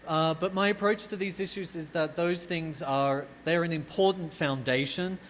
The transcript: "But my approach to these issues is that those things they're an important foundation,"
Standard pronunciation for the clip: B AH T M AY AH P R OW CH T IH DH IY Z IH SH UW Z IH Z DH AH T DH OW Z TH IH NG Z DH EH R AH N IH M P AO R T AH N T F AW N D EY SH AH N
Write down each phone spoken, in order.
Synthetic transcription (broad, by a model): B AH T M AY AH P R OW CH T IH DH IY Z IH SH UW Z IH Z DH AH T DH OW Z TH IH NG Z DH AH R AH N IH M P AO R T N T F AW N D EY SH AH N